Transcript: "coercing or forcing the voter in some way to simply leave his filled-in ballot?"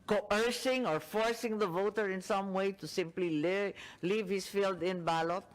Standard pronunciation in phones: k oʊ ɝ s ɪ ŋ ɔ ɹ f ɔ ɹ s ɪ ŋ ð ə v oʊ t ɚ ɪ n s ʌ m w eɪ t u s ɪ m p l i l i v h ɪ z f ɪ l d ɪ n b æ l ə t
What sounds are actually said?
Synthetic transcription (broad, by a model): k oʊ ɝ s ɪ ŋ ɔ ɹ f ɔ ɹ s ɪ ŋ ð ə v oʊ t ɚ ɪ n s ʌ m w eɪ t u s ɪ m p l i l i v h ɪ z f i l d ɪ n b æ l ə t